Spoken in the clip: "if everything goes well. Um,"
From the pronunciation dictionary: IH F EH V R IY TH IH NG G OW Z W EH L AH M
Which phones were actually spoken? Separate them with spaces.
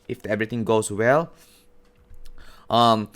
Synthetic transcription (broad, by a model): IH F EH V R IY T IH NG G OW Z W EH L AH M